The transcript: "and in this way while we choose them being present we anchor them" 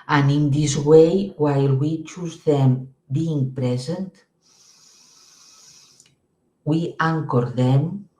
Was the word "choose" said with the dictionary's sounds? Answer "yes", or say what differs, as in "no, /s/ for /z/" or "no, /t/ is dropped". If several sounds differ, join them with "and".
yes